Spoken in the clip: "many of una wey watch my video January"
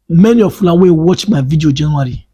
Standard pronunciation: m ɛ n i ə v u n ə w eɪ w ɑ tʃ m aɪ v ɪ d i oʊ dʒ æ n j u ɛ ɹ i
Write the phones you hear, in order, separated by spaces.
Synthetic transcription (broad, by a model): m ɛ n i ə f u l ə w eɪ w ɑ tʃ m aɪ v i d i oʊ dʒ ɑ n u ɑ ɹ i